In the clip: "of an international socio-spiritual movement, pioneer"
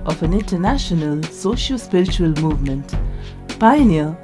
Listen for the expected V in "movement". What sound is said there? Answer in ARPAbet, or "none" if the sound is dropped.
V